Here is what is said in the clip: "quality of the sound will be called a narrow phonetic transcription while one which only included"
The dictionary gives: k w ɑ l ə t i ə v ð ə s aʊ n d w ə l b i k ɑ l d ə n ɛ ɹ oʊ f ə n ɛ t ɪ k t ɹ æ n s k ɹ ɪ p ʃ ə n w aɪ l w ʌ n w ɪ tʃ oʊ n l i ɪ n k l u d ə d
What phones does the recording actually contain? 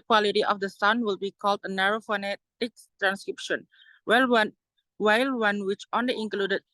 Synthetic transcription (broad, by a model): k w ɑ l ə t i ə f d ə s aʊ n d w ə l b i k ɑ l d ə n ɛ ɹ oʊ f ə n ɛ t ɪ k t ɹ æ n s k ɹ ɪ p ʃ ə n w aɪ l w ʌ n w ɪ tʃ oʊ n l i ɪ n k l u d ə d